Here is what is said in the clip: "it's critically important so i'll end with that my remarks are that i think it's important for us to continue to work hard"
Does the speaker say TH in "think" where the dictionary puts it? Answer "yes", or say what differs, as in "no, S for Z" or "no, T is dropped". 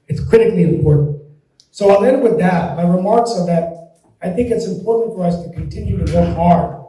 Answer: yes